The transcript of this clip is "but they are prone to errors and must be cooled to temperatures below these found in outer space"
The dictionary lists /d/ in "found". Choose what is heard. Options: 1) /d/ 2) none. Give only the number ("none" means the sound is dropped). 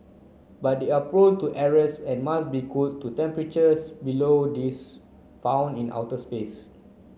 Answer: 2